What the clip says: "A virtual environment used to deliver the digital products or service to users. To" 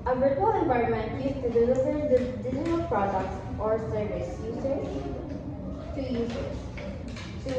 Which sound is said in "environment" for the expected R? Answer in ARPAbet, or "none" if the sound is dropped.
none